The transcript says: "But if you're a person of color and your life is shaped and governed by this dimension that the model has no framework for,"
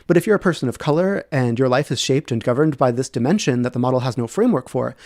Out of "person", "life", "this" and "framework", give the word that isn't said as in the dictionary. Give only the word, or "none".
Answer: none